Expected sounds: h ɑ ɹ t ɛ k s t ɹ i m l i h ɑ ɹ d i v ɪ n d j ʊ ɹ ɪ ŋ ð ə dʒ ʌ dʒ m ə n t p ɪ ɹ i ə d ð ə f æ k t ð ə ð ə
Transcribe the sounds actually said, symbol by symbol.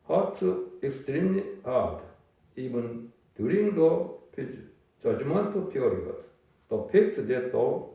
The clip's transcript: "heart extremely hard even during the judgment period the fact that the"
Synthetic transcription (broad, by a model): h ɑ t ɛ k s t ɹ i m l i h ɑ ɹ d i v ɪ n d j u ɹ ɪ ŋ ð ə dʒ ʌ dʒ m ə n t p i ɹ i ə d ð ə p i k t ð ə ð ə